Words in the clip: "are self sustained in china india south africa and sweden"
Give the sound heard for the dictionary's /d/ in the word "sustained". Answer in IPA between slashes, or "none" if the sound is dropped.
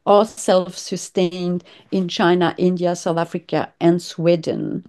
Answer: /d/